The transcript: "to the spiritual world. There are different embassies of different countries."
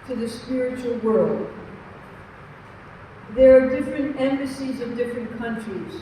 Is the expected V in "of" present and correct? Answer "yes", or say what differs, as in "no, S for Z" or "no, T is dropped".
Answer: yes